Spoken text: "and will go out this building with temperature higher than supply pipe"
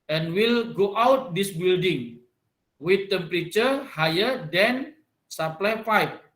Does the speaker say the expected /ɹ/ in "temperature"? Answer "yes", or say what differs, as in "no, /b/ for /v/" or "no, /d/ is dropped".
yes